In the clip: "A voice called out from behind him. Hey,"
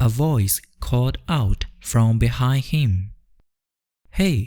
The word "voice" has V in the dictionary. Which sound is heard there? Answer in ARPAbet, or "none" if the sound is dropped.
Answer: V